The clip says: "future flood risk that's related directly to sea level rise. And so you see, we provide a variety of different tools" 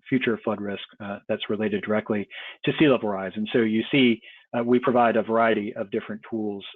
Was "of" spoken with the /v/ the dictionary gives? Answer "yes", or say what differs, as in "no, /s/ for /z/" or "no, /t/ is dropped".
yes